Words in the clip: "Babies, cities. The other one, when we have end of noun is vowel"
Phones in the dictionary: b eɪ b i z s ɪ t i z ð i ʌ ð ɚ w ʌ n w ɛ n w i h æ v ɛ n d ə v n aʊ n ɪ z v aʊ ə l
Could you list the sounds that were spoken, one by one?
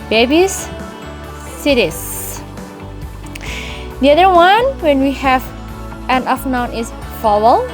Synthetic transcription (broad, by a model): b eɪ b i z s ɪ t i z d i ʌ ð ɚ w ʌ n w ɛ n w i h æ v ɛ n ə f n aʊ n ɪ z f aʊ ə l